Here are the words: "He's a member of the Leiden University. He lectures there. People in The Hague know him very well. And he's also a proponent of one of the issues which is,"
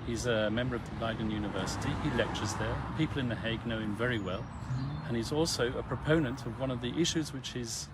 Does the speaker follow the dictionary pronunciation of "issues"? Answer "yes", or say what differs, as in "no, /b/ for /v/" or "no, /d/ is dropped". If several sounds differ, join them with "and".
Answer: yes